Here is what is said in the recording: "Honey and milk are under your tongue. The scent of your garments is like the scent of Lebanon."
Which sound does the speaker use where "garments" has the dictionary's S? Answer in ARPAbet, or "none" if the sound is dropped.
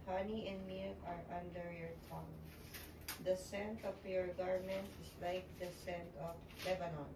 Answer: none